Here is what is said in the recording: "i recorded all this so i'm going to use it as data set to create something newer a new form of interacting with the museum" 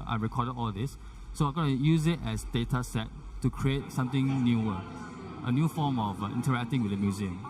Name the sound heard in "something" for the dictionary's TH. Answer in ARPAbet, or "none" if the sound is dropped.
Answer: T